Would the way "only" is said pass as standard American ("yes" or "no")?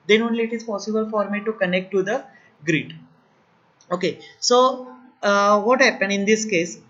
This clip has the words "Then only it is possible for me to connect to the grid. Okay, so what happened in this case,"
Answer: yes